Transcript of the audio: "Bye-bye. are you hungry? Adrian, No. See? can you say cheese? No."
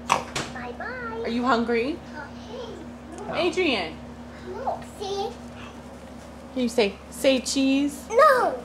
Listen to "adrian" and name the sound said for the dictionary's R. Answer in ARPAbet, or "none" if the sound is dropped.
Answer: R